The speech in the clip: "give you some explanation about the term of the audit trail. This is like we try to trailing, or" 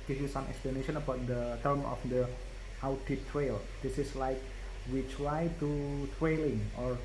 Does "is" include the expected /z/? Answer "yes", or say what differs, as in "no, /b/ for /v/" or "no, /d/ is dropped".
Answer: no, /s/ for /z/